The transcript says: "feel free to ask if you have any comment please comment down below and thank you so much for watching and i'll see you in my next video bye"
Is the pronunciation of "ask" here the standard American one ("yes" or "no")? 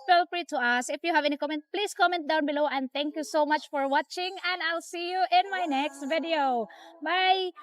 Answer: no